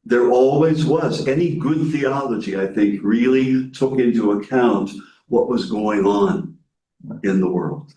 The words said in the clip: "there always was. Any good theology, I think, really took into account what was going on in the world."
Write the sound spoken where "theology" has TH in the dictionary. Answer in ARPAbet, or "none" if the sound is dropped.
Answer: TH